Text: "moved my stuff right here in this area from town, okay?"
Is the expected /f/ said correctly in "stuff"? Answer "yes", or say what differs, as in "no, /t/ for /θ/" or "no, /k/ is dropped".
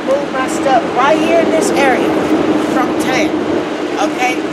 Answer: no, /p/ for /f/